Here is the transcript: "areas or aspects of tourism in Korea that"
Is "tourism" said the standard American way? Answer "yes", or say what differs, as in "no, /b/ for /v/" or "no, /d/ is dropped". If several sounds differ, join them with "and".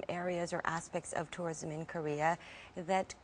yes